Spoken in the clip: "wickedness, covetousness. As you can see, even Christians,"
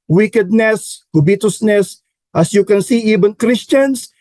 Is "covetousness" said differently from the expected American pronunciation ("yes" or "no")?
yes